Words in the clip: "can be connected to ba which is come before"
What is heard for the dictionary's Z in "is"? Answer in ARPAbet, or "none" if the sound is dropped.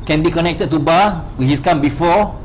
S